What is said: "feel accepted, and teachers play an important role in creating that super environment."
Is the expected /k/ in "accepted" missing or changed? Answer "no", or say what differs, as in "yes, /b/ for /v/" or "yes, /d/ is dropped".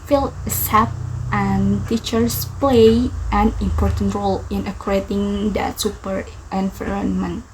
yes, /k/ is dropped